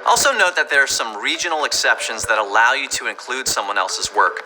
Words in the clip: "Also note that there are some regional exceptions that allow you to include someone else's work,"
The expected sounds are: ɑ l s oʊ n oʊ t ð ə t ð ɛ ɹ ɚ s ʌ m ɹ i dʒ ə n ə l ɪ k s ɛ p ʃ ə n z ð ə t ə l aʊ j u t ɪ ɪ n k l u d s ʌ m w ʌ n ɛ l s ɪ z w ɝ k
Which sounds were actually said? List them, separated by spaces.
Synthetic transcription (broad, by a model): ɑ l s oʊ n oʊ t ð ə t ð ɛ ɹ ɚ s ʌ m ɹ i dʒ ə n l ɪ k s ɛ p ʃ ə n z ð ə t ə l aʊ j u t ɪ ɪ n k l u d s ʌ m w ʌ n ɛ l s ɪ z w ɝ k